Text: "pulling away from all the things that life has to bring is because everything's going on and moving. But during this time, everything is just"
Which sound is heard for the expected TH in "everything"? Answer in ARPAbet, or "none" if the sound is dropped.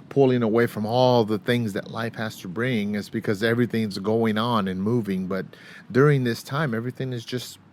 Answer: TH